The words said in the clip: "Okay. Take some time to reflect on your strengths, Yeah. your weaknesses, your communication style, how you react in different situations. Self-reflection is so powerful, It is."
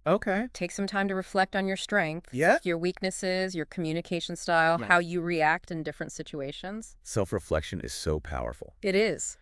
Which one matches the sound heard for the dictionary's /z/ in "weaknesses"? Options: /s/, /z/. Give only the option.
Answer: /z/